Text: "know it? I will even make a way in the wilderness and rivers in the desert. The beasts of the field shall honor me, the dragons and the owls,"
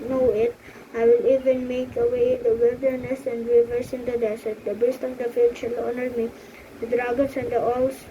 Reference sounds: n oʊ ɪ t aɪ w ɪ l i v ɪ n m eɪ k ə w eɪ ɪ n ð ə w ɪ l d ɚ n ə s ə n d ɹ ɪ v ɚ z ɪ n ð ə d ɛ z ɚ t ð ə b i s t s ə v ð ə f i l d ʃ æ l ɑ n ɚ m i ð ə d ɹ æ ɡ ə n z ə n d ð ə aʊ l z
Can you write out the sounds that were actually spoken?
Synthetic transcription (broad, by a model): n oʊ ɪ t aɪ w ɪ l i v ɪ n m eɪ k ə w eɪ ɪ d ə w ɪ l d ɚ n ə s ə n d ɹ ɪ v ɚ s ɪ n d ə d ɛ s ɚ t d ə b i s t ə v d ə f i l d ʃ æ l ɑ n ɚ m i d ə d ɹ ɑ ɡ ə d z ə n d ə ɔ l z